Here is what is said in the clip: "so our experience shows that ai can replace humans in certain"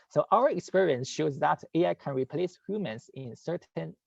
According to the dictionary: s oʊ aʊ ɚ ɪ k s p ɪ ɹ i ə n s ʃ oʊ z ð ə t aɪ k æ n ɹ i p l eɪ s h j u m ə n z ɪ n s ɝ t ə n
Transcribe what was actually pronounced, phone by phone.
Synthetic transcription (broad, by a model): s oʊ aʊ ɚ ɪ k s p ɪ ɹ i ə n s ʃ oʊ z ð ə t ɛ k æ n ɹ i p l eɪ s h j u m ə n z ɪ n s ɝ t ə n